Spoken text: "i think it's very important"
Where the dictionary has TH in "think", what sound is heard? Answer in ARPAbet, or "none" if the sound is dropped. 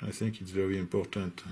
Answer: TH